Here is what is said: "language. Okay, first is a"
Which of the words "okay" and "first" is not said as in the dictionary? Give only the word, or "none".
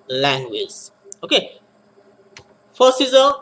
first